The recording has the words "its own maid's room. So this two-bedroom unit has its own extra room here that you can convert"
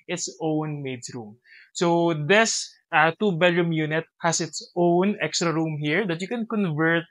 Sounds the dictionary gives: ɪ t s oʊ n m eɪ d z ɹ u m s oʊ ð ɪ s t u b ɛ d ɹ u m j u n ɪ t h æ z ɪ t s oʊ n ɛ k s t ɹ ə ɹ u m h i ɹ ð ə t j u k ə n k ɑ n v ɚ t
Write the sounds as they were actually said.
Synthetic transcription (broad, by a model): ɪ t s oʊ n m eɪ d s ɹ u m s oʊ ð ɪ s t u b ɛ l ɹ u m j u n ɪ t h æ s ɪ t s oʊ n ɛ k s t ɹ ə ɹ u m h i ɹ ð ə t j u k ə n k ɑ n v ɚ t